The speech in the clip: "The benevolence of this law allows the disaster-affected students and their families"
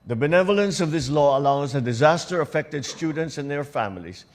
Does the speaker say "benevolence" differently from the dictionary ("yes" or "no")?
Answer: no